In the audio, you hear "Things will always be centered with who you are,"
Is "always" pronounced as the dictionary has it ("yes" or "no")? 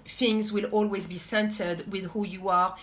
yes